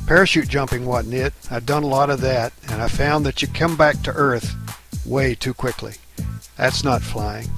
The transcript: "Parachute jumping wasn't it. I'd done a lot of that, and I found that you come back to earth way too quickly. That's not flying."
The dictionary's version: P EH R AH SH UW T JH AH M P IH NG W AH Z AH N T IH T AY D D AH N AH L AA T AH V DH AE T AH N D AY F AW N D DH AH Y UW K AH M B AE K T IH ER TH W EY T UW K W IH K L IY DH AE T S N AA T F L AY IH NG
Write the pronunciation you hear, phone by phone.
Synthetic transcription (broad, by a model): P EH R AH SH UW T JH AH M P IH NG W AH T N IH T AY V D AH N AH L AA T AH V DH AE T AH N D AY F AW N DH AH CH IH K AH M B AE K T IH ER TH W EY T UW K W IH K L IY DH AE T S N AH T F L AY IH NG